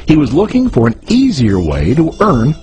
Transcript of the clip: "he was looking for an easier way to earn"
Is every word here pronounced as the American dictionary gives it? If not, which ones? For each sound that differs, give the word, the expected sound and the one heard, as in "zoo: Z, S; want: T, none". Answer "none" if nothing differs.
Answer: none